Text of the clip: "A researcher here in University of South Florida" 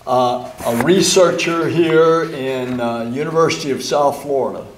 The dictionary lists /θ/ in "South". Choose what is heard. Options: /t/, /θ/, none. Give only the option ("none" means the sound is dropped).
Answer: /θ/